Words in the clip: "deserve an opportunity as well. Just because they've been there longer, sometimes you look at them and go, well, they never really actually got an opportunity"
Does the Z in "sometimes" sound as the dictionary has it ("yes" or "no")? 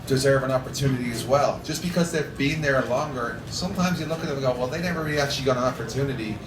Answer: yes